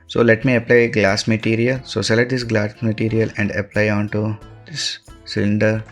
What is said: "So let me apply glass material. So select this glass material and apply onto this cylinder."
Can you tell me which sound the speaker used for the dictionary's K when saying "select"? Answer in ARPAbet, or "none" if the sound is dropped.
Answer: none